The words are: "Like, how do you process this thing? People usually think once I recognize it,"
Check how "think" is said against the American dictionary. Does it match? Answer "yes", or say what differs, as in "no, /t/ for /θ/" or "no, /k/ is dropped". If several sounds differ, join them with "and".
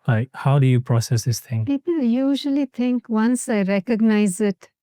no, /t/ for /θ/